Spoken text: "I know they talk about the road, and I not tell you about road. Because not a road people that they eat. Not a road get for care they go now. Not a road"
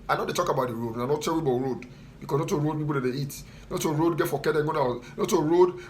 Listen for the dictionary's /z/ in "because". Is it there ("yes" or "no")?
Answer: no